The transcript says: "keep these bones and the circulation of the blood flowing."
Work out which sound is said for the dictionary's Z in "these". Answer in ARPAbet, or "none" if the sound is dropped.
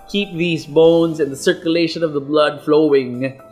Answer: Z